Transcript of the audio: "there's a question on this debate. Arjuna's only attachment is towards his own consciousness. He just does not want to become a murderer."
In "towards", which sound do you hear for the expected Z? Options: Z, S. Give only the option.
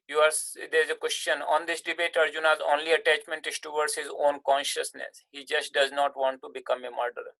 S